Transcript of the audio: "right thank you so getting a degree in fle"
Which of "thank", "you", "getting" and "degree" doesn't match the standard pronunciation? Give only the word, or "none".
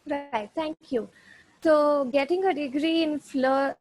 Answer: thank